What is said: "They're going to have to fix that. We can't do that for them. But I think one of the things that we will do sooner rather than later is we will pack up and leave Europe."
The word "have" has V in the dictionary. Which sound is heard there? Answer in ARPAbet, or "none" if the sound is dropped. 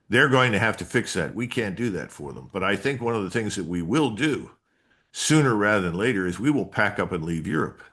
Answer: F